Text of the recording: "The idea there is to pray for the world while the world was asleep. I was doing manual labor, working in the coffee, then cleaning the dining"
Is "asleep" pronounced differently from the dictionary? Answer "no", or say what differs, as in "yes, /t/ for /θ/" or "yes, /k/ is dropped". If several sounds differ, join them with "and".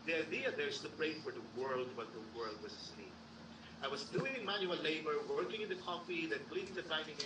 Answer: yes, /l/ is dropped and /p/ is dropped